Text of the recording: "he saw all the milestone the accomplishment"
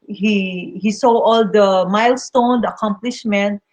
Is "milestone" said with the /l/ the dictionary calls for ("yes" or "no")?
yes